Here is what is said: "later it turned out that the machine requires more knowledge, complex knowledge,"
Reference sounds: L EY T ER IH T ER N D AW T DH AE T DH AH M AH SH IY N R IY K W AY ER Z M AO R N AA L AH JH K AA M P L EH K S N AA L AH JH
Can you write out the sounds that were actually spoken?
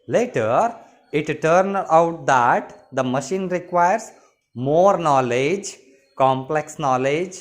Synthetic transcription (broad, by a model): L EY T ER IH T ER N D AW T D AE T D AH M AH SH IY N R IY K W AY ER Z M AO R N AA L AH JH K AA M P L EH K S N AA L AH JH